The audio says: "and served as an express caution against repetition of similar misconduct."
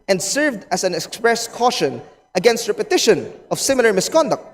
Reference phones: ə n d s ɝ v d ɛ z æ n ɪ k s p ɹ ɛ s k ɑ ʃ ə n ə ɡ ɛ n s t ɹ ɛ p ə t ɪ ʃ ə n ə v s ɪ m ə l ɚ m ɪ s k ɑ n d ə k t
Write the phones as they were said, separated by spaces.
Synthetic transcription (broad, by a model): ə n d s ɝ v d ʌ s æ n ɪ k s p ɹ ɛ s k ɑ ʃ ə n ə ɡ ɛ n s t ɹ ɛ p ə t ɪ ʃ ə n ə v s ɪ m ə l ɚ m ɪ s k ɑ n d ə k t